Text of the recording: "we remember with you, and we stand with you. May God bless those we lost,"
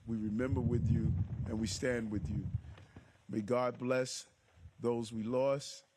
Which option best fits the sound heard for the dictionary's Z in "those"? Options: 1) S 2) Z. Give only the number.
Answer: 2